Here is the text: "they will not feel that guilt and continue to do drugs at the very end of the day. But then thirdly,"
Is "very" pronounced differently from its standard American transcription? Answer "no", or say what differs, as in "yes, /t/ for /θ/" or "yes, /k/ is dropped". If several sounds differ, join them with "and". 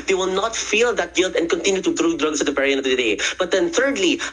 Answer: yes, /p/ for /v/